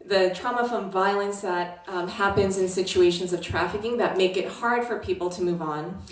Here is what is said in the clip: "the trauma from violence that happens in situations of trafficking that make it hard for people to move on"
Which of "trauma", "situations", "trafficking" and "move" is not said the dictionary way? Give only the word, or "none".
none